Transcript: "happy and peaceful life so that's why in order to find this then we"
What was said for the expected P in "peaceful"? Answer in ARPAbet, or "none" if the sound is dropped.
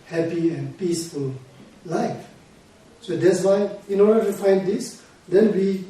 P